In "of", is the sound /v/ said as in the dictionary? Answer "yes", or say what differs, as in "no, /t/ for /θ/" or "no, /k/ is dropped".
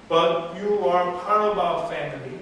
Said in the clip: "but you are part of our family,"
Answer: no, /b/ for /v/